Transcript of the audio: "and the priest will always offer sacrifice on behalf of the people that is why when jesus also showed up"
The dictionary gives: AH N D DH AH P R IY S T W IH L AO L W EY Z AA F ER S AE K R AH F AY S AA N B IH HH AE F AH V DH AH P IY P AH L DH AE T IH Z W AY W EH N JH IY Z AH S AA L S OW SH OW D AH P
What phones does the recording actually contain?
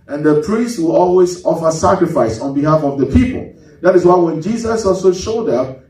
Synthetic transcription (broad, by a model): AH N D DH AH P R IY S T W IH L AO L W EY Z AA F ER S AE K R AH F AY S AA N B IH HH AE F AH V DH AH P IY P AH L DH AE T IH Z W AY W EH N JH IY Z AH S AA L S OW SH OW D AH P